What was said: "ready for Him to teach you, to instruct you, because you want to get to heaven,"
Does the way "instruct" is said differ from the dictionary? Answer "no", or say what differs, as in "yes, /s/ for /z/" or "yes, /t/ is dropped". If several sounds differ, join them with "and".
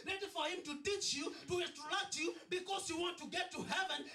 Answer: yes, /n/ is dropped and /k/ is dropped